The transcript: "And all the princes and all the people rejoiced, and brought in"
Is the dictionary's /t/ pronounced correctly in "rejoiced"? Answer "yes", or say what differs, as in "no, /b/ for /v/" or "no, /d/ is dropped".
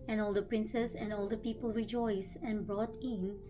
no, /t/ is dropped